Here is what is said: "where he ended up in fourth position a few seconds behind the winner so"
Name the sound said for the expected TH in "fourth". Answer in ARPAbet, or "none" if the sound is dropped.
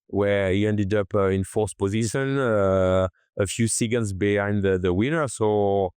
S